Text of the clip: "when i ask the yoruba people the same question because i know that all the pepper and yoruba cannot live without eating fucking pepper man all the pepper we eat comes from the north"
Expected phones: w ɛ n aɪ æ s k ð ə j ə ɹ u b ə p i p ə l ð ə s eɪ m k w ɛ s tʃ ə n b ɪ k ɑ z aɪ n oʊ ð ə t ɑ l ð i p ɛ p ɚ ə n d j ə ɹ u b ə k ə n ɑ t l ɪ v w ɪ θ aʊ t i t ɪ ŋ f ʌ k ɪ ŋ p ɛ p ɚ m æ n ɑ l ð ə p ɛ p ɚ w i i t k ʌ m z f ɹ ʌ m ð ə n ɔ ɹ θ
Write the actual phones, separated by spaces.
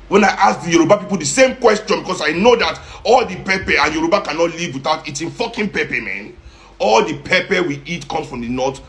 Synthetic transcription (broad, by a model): w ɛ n aɪ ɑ s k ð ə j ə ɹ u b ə p i p ə l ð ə s eɪ m k w ɛ s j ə n b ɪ k ɑ s aɪ n oʊ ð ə t ɑ l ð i p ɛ p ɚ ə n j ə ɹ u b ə k ə n ɑ t l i v w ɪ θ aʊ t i t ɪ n f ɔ k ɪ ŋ p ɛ p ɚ m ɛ n ɑ l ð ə p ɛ p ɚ w i i t k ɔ m s f ɹ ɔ m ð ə n ɔ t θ